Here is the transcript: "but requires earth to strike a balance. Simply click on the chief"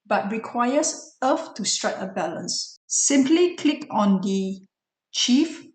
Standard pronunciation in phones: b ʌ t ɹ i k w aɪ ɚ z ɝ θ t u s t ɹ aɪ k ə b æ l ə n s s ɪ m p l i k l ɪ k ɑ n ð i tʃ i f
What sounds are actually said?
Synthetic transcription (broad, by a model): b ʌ t ɹ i k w aɪ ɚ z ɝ f t u s t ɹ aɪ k ə b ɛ l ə n s s ɪ m p l i k l ɪ k ɑ n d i tʃ i f